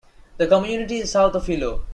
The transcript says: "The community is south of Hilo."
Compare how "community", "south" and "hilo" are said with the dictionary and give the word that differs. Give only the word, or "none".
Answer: south